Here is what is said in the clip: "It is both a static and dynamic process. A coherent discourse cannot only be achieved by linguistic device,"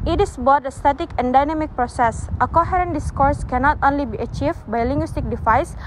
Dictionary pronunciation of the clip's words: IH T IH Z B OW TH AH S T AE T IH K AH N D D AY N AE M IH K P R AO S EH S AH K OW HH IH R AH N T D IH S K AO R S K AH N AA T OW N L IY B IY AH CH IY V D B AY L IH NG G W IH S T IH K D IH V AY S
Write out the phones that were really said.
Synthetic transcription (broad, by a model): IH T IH S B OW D AH S T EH T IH K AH N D D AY N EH M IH K P R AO S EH S AH K OW HH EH R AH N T D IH S K AO R S K AH N AA T OW N L IY B IY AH CH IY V B AY L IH NG G W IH S T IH K D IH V AY S